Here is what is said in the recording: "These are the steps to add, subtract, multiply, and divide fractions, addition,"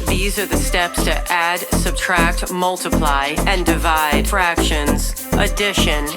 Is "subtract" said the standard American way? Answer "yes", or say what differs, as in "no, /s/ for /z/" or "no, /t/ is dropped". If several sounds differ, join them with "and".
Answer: yes